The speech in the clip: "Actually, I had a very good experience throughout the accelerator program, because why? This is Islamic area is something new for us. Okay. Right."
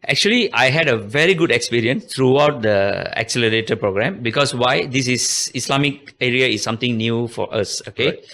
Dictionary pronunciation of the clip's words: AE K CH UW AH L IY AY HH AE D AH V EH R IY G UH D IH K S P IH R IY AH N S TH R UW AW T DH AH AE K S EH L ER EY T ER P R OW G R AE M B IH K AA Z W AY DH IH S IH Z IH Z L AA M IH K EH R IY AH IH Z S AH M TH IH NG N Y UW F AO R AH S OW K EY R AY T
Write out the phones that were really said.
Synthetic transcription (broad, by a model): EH K CH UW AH L IY AY HH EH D AH V EH R IY G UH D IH K S P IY R IY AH N S T R UW AW T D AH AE K S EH L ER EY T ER P R OW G R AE M B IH K AA S W AY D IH S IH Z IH S L AA M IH K EH R IY AH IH S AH M T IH NG N Y UW F AO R AH S OW K EY